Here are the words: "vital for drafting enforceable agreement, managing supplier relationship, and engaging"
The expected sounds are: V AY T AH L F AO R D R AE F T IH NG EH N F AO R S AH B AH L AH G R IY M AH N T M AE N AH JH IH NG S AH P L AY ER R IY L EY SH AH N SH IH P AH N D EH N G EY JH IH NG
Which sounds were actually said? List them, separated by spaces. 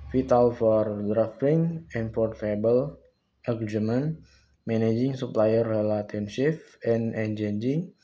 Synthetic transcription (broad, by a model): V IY T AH L F AO R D R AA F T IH NG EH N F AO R AH B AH L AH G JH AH M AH N M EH N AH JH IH NG S AH P L AY ER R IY L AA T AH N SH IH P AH N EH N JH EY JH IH NG